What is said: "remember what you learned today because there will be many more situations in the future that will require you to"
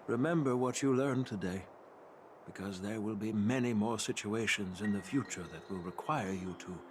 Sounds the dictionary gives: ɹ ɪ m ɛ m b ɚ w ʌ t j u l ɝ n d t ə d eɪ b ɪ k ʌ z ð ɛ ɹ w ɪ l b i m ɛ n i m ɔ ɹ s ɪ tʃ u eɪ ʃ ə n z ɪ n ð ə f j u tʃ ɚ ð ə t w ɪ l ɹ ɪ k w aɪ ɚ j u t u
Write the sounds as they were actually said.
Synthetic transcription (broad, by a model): ɹ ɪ m ɛ m b ɚ w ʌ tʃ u l ɝ n t ə d eɪ b ɪ k ʌ z ð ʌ ɹ w ɪ l b i m ɛ n i m ɔ ɹ s ɪ tʃ u eɪ ʃ ə n z ɪ n ð ə f j u tʃ ɚ ð ə t w ɪ l ɹ ɪ k w aɪ ɚ j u t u